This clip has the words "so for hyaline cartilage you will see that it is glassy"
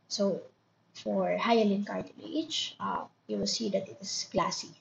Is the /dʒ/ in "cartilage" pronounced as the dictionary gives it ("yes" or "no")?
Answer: no